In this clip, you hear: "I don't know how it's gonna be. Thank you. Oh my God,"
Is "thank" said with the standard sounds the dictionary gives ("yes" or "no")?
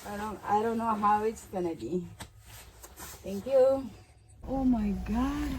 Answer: no